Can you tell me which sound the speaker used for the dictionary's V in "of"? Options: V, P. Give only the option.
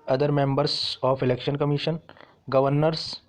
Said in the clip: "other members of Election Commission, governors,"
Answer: P